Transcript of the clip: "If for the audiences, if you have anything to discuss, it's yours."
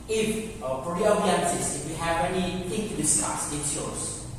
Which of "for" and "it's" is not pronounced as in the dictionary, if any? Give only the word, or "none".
for